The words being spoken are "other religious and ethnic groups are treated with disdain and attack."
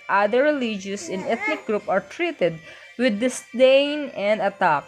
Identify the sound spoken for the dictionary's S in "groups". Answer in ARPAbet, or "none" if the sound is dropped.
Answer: none